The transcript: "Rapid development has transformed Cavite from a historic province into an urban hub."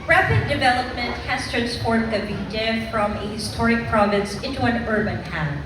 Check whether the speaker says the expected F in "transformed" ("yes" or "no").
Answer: no